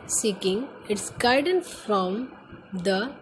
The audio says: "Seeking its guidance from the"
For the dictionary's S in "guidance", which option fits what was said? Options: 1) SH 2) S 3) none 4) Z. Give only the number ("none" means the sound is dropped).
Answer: 3